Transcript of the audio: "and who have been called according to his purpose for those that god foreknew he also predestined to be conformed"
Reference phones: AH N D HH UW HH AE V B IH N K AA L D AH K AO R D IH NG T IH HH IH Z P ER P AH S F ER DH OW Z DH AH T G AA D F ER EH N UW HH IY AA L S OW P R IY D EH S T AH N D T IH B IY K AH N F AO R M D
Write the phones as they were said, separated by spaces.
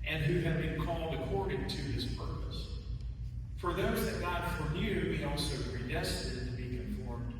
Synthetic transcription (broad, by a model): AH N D HH UW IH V B IH N K AA L D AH K AO R D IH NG T IH IH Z P ER P AH S F ER DH OW Z DH AH T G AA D F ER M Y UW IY AA L S OW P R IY D EH S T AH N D T IH B IY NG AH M F AO R M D